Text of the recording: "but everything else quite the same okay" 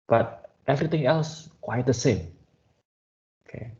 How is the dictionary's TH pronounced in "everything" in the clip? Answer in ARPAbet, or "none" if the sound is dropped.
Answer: T